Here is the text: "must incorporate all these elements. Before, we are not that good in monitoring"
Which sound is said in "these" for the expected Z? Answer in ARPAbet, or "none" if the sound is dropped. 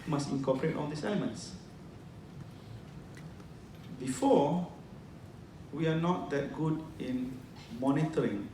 S